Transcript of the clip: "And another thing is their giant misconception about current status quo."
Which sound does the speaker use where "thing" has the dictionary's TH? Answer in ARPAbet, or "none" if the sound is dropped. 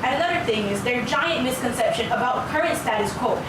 TH